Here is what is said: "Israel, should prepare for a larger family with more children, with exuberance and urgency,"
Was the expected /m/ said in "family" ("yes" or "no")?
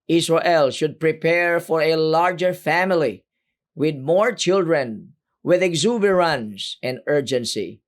yes